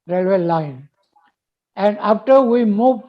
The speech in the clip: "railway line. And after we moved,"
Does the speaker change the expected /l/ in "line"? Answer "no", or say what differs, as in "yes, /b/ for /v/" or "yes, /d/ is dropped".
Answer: no